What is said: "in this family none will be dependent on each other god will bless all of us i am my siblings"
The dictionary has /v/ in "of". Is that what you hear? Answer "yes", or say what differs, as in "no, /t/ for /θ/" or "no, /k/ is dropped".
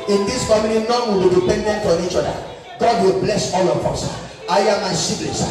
no, /p/ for /v/